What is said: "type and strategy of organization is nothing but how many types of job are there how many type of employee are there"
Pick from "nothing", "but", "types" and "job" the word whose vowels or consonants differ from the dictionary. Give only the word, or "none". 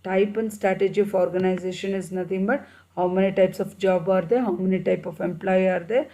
nothing